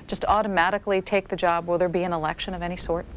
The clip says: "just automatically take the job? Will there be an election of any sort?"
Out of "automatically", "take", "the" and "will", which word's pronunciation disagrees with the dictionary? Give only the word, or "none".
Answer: none